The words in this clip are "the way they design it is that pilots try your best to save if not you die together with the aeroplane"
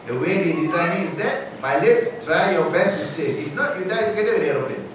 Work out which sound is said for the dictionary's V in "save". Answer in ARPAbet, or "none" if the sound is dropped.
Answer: none